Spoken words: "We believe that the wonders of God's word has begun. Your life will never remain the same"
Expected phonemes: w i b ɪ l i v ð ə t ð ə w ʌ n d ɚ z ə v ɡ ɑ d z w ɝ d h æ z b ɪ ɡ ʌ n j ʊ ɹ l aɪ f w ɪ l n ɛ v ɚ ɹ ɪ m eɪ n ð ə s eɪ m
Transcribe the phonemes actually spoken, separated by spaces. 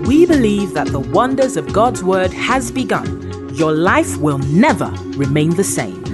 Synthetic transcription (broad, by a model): w i b ɪ l i v ð ə t ð ə w ʌ n d ɚ z ə v ɡ ɑ d z w ɝ d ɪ z b ɪ ɡ ʌ n j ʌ ɹ l aɪ f w ɪ l n ɛ v ɚ ɹ ɪ m eɪ n ð ə s eɪ m